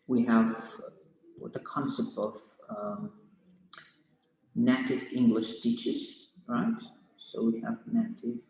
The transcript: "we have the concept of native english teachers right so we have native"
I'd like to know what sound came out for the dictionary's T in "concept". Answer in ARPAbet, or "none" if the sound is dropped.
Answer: T